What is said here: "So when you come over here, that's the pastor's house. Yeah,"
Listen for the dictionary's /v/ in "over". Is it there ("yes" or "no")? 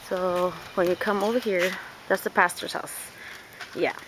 yes